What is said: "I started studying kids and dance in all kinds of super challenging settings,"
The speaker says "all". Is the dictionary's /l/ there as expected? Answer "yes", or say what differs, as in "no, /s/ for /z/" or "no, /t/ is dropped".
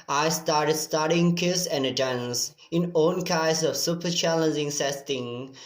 no, /n/ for /l/